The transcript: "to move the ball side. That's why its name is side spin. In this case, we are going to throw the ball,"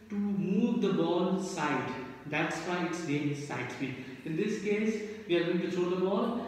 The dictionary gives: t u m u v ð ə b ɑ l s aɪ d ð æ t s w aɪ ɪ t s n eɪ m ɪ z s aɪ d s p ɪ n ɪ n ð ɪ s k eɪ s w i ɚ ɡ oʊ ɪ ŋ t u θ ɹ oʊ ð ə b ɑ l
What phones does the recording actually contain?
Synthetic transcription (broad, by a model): t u m u v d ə b ɑ l s aɪ d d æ t s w aɪ ɪ t s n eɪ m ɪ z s aɪ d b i ɪ n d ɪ s k eɪ s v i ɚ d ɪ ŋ t u t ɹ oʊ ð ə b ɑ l